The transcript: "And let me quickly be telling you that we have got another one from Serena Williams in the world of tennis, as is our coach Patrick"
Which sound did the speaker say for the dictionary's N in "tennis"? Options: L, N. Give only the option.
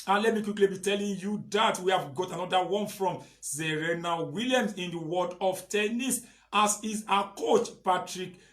N